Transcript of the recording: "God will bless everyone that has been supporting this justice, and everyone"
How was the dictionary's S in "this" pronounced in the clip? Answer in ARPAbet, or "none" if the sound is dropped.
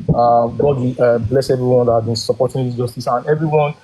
none